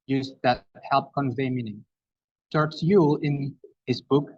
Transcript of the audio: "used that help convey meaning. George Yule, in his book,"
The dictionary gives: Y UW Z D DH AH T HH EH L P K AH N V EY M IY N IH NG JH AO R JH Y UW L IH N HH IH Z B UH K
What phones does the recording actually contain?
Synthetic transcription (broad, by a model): Y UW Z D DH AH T HH EH L P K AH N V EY M IY N IH NG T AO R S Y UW IH N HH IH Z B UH K